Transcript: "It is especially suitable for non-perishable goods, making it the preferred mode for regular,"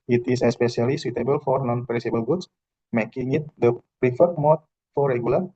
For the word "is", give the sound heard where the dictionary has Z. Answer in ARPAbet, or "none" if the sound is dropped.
S